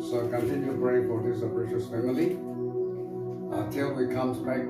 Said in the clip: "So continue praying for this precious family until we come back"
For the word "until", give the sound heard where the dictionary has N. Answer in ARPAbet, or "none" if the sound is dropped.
none